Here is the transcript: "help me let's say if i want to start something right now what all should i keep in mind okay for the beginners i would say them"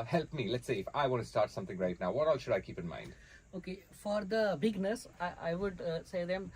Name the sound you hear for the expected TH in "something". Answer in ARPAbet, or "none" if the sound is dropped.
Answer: T